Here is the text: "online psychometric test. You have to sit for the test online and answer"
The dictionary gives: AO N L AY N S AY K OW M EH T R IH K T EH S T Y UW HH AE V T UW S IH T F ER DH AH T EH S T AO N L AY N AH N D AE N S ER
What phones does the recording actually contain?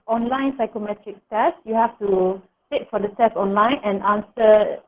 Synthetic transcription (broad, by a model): AO N L AY N S AY K OW M EH T R IH K T EH S T Y UW HH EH F T UW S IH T F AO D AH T EH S AO N L AY N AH N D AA N S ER